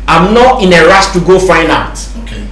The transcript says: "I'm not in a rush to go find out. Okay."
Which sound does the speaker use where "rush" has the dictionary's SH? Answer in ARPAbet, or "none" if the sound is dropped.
S